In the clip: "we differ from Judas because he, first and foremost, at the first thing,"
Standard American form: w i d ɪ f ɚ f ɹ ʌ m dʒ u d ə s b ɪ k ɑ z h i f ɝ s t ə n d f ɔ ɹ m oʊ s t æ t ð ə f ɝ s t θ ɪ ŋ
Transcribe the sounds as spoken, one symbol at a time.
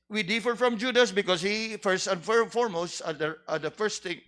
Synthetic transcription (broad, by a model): w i d ɪ f ɚ f ɹ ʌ m dʒ u d ə s b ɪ k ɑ s h i f ɝ s t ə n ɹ f ɔ ɹ m oʊ s t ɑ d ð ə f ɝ s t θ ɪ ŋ